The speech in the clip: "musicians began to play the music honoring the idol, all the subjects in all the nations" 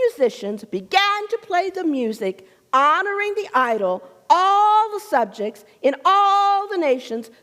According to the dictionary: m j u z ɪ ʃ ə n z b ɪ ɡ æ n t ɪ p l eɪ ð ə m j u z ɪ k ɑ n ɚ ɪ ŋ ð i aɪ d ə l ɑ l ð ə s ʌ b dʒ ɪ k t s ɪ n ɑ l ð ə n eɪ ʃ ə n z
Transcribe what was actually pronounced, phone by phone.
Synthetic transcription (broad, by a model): j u z ɪ ʃ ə n z b ɪ ɡ æ n t ɪ p l eɪ ð ə m j u z ɪ k ɑ n ɚ ɪ ŋ ð i aɪ d l ɑ l ð ə s ʌ b dʒ ɪ k t s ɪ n ɑ l ð ə n eɪ ʃ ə n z